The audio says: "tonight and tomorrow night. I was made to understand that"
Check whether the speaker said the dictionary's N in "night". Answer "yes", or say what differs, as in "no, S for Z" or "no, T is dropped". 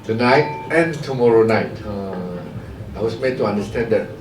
yes